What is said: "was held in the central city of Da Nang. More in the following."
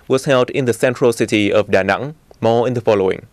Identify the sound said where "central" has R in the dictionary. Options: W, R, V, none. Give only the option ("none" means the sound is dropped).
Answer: R